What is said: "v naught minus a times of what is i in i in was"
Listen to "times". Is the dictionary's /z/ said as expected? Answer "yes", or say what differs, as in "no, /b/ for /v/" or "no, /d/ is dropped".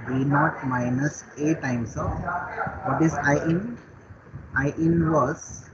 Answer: no, /s/ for /z/